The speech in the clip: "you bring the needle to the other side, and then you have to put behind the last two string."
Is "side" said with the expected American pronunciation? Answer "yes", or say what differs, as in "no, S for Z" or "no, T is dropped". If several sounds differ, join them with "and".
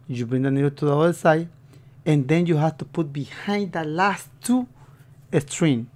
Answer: no, D is dropped